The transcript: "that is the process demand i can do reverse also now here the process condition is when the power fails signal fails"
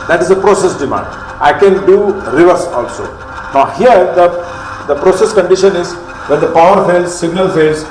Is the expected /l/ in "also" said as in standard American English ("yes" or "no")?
yes